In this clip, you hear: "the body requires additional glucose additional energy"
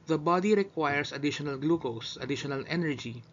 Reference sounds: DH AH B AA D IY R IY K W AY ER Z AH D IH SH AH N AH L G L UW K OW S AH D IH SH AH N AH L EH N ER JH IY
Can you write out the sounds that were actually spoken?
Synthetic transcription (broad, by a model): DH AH B AA D IY R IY K W AY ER S AH D IH SH AH N AH L G L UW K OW S AH D IH SH AH N AH L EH N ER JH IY